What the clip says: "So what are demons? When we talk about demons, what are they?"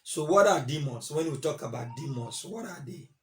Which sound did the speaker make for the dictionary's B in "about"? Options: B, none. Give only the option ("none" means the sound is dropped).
B